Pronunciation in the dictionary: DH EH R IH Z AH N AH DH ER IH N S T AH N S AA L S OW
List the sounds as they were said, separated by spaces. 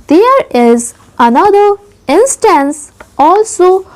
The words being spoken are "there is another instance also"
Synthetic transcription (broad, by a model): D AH R IH Z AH N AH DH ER IH N S T AH N S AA L S OW